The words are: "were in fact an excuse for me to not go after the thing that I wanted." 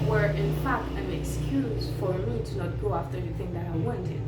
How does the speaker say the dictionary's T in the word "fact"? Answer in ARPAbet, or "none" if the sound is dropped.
none